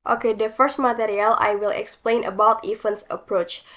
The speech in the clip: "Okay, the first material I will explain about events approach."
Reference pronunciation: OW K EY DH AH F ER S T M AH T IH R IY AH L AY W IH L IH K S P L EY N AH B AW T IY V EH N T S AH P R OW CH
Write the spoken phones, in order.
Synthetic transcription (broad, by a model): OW K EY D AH F ER S T M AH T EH R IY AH L AY W IH L IH K S P L EY N AH B AW T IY F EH N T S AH P R OW CH